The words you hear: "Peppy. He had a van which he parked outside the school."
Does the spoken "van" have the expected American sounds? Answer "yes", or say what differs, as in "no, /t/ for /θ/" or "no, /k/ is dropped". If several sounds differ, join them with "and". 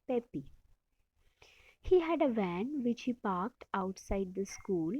yes